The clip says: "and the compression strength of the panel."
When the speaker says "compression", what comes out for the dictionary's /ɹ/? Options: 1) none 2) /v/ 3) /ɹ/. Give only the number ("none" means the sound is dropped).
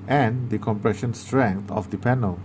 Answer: 3